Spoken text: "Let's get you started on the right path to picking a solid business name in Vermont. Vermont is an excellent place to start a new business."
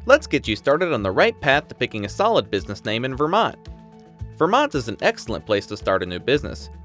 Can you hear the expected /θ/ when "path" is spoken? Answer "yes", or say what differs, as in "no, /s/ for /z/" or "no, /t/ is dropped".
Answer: yes